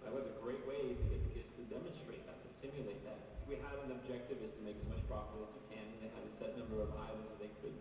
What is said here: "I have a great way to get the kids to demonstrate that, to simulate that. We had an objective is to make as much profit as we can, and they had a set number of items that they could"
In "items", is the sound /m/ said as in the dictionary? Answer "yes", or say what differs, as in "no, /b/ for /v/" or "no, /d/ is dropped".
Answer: no, /m/ is dropped